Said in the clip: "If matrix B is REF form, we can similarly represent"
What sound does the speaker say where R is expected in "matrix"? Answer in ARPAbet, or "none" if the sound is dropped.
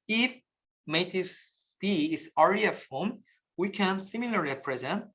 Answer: none